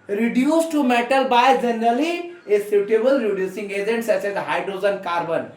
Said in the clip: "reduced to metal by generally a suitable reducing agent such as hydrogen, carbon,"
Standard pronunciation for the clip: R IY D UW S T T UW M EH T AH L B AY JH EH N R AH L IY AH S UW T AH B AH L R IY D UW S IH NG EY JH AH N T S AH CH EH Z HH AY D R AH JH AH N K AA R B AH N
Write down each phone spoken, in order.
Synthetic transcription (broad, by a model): R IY D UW S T T UW M EH T AH L B AY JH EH N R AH L IY AH S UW T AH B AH L R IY D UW S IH NG EY JH AH N T S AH S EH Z HH AY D R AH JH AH N K AA R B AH N